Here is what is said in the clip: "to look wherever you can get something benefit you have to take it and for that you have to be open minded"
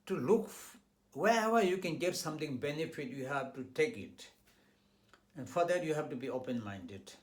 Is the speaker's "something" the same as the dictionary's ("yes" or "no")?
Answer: no